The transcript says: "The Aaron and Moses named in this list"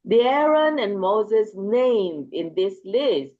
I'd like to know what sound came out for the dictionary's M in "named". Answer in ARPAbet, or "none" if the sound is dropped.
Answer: M